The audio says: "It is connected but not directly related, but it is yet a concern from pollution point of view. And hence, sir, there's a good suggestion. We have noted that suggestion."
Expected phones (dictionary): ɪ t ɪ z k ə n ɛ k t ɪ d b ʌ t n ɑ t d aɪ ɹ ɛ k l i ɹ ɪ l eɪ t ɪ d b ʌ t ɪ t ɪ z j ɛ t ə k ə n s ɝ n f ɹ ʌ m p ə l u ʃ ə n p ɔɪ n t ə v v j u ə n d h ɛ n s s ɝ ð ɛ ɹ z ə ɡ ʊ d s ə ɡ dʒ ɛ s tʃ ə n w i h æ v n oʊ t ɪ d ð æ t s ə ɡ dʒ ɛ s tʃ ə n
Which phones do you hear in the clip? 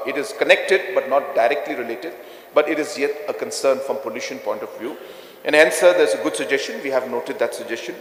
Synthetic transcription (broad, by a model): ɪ t ɪ z k ə n ɛ k t ɪ d b ʌ t n ɑ t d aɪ ɹ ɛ k l i ɹ ɪ l eɪ t ɪ d b ʌ t ɪ t ɪ z j ɛ t ə k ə n s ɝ n f ɹ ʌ m p ə l u ʃ ə n p ɔɪ n t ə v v j u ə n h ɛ n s s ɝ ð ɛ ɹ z ə ɡ ʊ d s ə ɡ dʒ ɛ s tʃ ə n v i h æ v n oʊ t ɪ d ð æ t s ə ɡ dʒ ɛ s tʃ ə n